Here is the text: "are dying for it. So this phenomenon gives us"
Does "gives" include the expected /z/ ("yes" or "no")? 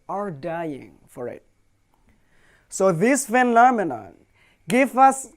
no